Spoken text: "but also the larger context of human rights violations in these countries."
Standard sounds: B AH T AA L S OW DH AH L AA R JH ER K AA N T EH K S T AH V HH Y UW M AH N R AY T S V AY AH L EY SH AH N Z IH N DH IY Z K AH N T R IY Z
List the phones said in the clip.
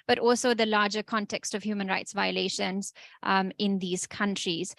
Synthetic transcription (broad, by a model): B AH T AA L S OW DH AH L AA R JH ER K AA N T EH K S T AH V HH Y UW M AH N R AY T S V AY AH L EY SH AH N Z IH N DH IY Z K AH N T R IY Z